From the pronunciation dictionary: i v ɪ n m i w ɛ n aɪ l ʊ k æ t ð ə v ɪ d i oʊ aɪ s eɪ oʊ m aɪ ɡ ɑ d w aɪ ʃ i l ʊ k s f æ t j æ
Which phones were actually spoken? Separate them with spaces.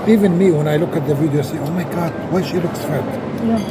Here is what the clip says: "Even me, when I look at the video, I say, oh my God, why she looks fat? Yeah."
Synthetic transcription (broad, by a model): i v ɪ n m i w ɛ n aɪ l ʊ k æ t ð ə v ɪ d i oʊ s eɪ oʊ m aɪ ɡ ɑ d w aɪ ʃ i l ʊ k s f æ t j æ